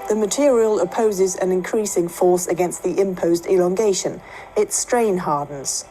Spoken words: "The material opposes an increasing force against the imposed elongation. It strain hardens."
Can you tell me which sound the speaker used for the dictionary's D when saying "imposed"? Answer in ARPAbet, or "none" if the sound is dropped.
D